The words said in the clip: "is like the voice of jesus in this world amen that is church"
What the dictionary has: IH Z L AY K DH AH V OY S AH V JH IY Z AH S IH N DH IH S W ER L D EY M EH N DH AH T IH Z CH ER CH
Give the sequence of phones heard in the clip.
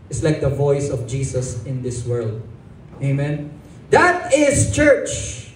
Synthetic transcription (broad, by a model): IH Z L AY K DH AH V OY S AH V JH IY S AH S IH N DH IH S W ER L D EY M EH N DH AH T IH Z CH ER CH